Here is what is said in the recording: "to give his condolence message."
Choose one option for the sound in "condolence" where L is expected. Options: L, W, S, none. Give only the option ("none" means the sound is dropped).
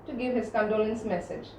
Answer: L